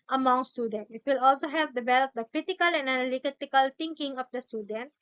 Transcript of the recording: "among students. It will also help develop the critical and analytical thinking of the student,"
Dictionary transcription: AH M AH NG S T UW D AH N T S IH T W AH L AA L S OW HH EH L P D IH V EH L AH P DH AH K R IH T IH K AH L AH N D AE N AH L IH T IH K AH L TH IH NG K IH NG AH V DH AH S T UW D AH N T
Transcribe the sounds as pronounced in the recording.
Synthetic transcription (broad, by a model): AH M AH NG S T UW D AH N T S IH T W AH L AA L S OW HH EH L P D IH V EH L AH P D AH K R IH T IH K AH L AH N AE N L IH T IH K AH L T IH NG K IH NG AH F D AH S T UW D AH N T